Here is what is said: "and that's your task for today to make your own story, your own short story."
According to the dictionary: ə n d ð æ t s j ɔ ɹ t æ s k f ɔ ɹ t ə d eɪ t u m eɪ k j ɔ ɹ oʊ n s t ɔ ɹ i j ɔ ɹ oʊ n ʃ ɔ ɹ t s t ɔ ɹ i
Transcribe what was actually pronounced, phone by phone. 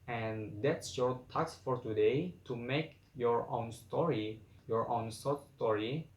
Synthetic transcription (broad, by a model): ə n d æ t s j ɔ ɹ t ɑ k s f ɔ ɹ t ə d eɪ t u m eɪ k j ɔ ɹ oʊ n s t ɔ ɹ i j ɔ ɹ oʊ n s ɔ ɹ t s t ɔ ɹ i